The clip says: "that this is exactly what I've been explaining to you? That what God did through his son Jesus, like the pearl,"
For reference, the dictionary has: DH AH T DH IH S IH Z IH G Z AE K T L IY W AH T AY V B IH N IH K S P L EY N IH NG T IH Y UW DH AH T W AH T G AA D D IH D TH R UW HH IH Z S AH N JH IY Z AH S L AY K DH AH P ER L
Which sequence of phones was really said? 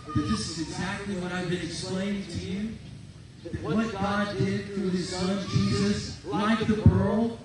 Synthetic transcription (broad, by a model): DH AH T DH IH S IH Z IH G Z AE K T L IY W AH T AY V B IH N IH K S P L EY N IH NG T IH Y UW DH AH T W AH T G AA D D IH D TH R UW IH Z S AH N JH IY Z AH S L AY K DH AH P ER L